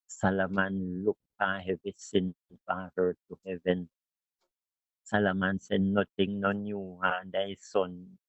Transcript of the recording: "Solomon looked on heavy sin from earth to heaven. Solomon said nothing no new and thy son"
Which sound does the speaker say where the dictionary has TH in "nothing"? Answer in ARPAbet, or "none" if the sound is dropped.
T